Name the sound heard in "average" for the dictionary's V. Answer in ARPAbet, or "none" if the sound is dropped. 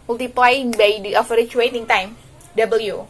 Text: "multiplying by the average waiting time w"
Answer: F